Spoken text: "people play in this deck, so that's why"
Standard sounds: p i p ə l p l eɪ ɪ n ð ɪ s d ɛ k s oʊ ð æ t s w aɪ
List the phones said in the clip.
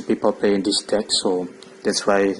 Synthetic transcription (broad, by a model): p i p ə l p eɪ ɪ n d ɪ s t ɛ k s oʊ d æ t s w aɪ